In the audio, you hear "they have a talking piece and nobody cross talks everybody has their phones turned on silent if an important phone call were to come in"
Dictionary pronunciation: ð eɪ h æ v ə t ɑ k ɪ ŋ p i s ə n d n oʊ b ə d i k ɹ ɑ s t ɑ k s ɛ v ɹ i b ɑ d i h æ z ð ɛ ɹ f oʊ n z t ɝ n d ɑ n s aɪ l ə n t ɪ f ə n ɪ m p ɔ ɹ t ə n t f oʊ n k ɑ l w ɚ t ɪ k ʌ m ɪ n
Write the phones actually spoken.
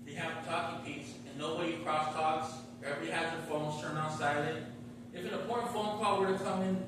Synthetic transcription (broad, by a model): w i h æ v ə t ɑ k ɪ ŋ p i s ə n n oʊ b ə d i k ɹ ɑ s t ɑ k s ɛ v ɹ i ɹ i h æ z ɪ f oʊ n z t ɝ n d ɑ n s aɪ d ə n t ɪ f ə n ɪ p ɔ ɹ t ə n f oʊ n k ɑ w ɚ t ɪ k ʌ m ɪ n